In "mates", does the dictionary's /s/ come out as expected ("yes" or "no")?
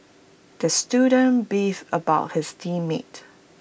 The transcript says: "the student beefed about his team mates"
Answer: no